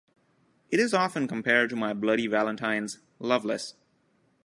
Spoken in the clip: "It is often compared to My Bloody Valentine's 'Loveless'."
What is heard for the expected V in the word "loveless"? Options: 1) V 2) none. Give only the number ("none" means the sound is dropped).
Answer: 1